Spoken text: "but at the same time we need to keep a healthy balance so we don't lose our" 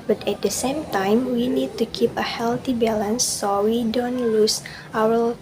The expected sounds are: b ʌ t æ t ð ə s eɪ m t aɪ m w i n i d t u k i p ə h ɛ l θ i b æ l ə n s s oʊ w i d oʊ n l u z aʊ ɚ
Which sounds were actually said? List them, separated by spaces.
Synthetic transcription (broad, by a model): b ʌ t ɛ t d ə s eɪ m t aɪ m w i n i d t u k i p ə h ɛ l t i b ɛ l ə n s s oʊ w i d oʊ n l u s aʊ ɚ